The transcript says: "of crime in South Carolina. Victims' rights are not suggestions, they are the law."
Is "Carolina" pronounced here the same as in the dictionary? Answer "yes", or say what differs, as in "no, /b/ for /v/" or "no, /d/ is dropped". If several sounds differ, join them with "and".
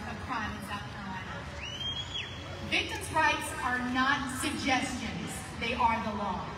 no, /l/ is dropped